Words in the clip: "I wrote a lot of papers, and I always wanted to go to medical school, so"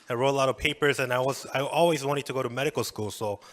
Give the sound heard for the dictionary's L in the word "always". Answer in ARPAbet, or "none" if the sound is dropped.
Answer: L